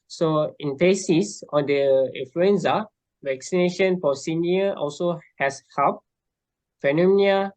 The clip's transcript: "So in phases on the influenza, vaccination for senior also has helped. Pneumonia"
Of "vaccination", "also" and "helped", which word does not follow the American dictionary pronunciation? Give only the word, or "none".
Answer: helped